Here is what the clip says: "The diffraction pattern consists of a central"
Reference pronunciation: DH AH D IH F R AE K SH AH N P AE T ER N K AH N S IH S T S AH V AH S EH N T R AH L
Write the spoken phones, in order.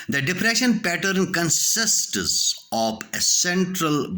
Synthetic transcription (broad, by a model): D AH D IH P R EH SH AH N P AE T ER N K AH N S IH S T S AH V AH S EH N T R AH L